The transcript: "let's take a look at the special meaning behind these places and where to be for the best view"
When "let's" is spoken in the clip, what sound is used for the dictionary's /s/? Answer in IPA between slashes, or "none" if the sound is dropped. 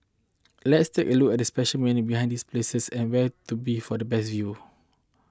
/s/